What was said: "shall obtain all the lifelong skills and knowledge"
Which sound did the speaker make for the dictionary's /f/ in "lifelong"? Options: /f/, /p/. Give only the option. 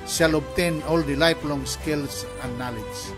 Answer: /p/